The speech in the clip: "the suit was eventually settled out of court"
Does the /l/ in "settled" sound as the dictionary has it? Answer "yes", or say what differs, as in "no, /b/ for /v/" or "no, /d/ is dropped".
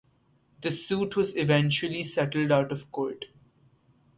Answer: yes